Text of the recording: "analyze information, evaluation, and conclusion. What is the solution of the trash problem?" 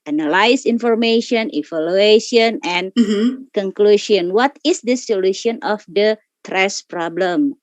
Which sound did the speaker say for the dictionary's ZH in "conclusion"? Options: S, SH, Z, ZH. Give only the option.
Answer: SH